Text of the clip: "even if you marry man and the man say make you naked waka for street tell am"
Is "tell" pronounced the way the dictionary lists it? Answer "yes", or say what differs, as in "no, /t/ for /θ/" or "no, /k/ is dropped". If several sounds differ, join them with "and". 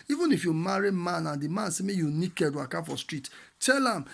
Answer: yes